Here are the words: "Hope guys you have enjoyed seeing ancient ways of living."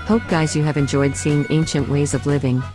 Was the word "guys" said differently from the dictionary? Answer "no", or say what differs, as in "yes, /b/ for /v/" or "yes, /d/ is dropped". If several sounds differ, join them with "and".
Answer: no